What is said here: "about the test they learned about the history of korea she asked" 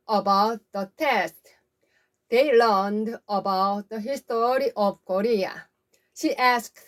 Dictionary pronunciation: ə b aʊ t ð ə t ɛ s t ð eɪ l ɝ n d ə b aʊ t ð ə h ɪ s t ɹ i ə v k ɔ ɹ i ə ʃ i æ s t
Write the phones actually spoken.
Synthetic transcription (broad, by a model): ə b aʊ t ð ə t ɛ s t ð eɪ l ɝ n d ə b aʊ t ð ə h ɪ s t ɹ i ə v k ɔ ɹ i ə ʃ i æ s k